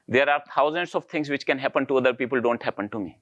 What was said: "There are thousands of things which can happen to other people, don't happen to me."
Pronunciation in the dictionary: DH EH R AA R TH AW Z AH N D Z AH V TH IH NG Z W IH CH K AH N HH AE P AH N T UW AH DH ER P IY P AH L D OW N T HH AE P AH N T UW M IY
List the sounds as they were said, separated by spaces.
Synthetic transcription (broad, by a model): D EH R AA R T AW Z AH N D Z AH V T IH NG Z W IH CH K AH N HH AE P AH N T UW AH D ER P IY P AH L D OW N T HH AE P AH N T UW M IY